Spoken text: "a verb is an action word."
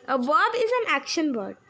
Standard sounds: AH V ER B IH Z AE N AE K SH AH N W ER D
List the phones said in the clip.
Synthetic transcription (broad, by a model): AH B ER B IH Z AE N AE K SH AH N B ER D